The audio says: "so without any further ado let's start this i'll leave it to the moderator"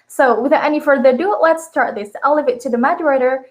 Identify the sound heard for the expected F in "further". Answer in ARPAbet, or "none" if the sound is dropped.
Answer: F